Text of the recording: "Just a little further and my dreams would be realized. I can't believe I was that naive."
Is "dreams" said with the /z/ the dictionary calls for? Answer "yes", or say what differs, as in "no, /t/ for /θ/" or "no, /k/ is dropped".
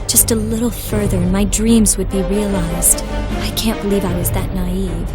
yes